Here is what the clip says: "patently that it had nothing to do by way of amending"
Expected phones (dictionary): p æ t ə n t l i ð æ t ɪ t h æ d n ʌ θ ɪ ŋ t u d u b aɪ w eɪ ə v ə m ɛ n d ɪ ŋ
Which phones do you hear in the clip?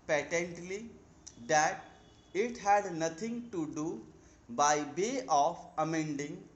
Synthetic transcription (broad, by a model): p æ t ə n t l i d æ t ɪ t h æ d n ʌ t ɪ ŋ t u d u b aɪ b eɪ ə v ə m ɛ n d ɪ ŋ